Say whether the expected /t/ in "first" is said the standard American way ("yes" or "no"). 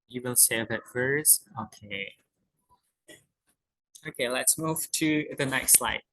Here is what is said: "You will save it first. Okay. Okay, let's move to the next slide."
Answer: no